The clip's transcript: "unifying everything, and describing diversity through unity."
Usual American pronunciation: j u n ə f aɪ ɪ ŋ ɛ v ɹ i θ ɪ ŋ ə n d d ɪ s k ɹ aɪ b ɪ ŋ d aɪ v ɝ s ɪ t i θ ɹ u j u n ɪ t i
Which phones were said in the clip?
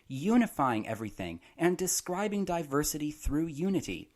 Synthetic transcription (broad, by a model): j u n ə f aɪ ɪ ŋ ɛ v ɹ i θ ɪ ŋ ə n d d ɪ s k ɹ aɪ b ɪ ŋ d aɪ v ɝ s ɪ t i θ ɹ u j u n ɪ t i